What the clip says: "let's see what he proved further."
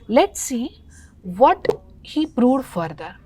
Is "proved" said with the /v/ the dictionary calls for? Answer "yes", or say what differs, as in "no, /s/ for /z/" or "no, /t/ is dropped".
no, /v/ is dropped